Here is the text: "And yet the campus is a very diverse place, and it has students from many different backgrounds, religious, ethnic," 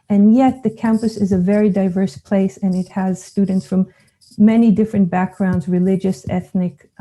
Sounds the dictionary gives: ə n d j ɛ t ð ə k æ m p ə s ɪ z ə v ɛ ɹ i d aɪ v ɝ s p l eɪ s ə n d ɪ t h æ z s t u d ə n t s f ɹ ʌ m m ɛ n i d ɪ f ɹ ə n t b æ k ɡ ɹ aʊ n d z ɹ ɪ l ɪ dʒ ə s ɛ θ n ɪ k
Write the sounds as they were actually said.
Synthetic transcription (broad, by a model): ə n j ɛ t ð ə k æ m p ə s ɪ z ə v ɛ ɹ i d aɪ v ɝ s p l eɪ s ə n ɪ t h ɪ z s t u d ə n t s f ɹ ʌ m m ɛ n i d ɪ f ɹ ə n b æ k ɡ ɹ aʊ n d z ɹ ɪ l ɪ dʒ ə s ɛ θ n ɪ k